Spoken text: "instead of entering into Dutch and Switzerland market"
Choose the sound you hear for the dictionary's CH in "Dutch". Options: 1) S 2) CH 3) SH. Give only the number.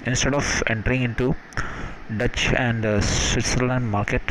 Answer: 2